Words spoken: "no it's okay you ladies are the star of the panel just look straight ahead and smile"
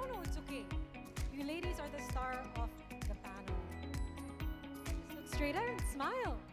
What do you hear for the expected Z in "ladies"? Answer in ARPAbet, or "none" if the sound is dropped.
Z